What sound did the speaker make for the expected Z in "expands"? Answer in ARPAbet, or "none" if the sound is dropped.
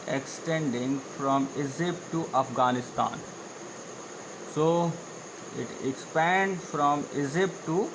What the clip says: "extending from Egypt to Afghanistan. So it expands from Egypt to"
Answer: none